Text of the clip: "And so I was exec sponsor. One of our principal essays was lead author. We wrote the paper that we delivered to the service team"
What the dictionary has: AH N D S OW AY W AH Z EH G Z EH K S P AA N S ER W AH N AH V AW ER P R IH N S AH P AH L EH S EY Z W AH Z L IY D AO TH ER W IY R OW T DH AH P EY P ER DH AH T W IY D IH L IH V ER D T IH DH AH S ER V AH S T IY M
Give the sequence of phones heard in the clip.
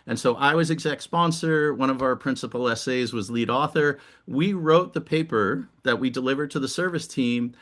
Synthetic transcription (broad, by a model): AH N S OW AY W AH Z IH G Z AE K S P AA N S ER W AH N AH V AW ER P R IH N S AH P L EH S EY Z W AH Z L IY D AO TH ER W IY R OW T DH AH P EY P ER DH AH T W IY D IH L IH V ER D T IH DH AH S ER V AH S T IY M